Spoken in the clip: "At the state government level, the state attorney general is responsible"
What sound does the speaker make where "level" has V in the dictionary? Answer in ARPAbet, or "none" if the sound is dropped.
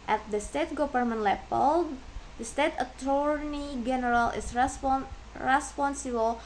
P